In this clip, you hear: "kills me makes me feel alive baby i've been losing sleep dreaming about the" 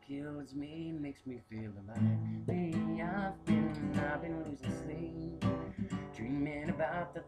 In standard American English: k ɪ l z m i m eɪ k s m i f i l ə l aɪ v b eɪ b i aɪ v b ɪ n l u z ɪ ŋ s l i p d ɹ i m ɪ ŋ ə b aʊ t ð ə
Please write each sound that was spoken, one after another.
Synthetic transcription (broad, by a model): k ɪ l z m i m eɪ k s m i f i l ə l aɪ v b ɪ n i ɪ b ɪ n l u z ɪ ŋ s i d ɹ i m ɪ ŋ ə b aʊ t ð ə